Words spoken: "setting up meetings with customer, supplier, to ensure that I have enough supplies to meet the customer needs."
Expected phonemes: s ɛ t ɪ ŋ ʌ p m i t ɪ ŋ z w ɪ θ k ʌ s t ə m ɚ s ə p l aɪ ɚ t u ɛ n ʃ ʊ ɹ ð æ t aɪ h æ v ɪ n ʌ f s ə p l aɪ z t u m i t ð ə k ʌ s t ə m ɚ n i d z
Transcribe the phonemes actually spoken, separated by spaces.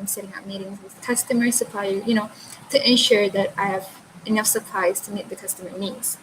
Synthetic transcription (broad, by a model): s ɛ t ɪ ŋ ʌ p m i t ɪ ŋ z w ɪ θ k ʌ s t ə m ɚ s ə p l aɪ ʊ t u ɛ n ʃ ʊ ɹ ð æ t aɪ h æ v ɪ n ʌ f s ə p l aɪ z t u m i t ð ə k ʌ s t ə m ɚ n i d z